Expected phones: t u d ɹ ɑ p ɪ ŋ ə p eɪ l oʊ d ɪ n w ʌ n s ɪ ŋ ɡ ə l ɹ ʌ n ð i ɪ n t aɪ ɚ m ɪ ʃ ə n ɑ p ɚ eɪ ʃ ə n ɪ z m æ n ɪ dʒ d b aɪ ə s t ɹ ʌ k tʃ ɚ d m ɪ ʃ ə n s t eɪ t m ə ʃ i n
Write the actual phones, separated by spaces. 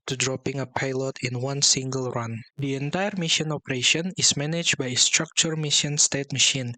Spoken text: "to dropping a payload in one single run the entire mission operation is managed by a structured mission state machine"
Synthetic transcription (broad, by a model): t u d ɹ ɑ p ɪ ŋ ə p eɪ l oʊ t ɪ n w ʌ n s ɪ ŋ ɡ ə l ɹ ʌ n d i ɪ n t aɪ ɚ m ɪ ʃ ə n ɑ p ɚ eɪ ʃ ə n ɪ s m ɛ n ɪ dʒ b aɪ ə s t ɹ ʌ k tʃ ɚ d m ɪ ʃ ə n s t eɪ t m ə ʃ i n